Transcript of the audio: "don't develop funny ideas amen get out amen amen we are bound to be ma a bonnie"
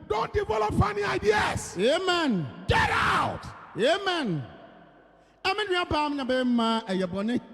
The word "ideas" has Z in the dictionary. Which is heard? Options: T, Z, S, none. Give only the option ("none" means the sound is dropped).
S